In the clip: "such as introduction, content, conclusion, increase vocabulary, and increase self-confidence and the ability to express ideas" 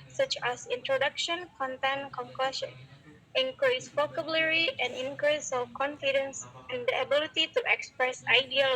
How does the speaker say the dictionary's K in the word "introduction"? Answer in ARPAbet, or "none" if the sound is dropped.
K